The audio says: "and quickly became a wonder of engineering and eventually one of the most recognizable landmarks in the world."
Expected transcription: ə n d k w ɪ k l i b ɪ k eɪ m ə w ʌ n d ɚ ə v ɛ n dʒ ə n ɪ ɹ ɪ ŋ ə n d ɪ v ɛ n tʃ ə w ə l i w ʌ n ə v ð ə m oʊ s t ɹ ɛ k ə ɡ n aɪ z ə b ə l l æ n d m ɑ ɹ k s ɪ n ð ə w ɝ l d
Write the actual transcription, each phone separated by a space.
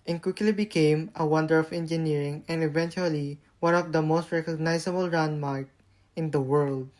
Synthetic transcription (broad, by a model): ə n k w ɪ k l i b ɪ k eɪ m ə w ʌ n d ɚ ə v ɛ n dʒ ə n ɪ ɹ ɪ ŋ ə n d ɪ v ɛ n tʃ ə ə l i w ʌ n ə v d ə m oʊ s t ɹ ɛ k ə ɡ n aɪ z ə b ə l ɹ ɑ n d m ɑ ɹ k ɪ n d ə w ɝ l d